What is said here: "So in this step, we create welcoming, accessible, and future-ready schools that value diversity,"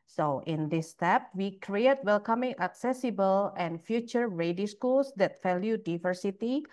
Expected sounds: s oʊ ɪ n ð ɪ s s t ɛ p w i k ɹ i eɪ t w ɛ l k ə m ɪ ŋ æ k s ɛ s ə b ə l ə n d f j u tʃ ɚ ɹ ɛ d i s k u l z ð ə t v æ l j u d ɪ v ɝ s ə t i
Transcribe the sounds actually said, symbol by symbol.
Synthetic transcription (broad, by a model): s oʊ ɪ n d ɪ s s t ɛ p w i k ɹ i eɪ t w ɛ l k ə m ɪ ŋ æ k s ɛ s ə b ə l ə n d f j u tʃ ɚ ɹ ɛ d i s k u l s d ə t f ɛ l j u d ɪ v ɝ s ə t i